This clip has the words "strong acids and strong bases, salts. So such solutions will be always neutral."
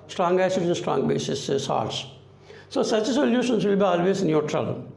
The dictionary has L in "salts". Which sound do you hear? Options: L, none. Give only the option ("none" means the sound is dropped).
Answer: none